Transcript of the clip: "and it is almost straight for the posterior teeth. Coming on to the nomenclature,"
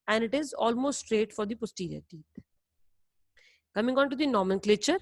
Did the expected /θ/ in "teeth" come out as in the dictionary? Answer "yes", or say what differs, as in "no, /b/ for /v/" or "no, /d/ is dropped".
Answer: no, /t/ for /θ/